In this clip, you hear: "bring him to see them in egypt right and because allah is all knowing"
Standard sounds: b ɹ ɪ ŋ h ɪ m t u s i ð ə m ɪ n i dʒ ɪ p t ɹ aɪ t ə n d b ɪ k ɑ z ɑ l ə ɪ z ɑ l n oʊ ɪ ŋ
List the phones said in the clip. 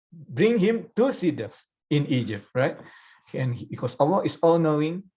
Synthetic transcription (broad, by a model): b ɹ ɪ ŋ h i m t u s i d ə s ɪ n i dʒ ɪ p t ɹ aɪ t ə n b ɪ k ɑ s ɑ w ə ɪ s ɑ l n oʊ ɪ ŋ